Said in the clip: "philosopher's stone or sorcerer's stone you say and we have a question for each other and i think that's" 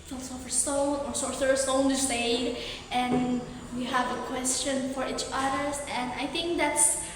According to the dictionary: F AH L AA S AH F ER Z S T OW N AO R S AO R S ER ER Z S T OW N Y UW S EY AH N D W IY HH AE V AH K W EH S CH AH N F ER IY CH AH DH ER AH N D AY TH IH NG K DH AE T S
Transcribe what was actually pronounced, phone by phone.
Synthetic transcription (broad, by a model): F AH L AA S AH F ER S T OW N AO R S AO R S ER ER S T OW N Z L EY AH N W IY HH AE V AH K W EH S CH AH N F ER IY CH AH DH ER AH N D AY TH IH NG K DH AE T S